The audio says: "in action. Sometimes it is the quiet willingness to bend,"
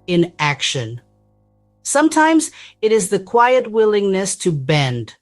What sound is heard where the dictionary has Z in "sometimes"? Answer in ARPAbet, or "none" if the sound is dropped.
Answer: Z